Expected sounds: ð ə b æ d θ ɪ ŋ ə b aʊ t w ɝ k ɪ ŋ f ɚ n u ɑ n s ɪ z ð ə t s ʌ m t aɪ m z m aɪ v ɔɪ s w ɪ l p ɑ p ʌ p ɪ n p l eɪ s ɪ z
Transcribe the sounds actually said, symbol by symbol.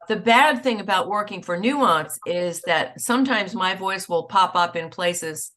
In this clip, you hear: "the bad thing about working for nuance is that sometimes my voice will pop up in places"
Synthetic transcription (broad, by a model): ð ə b æ d θ ɪ ŋ ə b aʊ t w ɝ k ɪ ŋ f ɚ n u ɑ n s ɪ z ð ə t s ʌ m t aɪ m z m aɪ v ɔɪ s w ɪ l p ɑ p ʌ p ɪ n p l eɪ s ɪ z